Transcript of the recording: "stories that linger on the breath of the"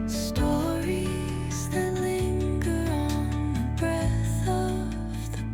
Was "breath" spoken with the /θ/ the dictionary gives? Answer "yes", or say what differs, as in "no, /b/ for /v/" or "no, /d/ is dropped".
yes